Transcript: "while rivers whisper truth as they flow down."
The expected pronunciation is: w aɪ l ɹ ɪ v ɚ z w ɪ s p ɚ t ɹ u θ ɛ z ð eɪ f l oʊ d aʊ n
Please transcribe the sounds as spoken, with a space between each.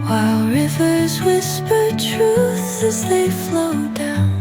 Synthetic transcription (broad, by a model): w aɪ l ɹ ɪ v ɚ z w ɪ s p ɚ t ɹ u θ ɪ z ð eɪ f l oʊ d aʊ n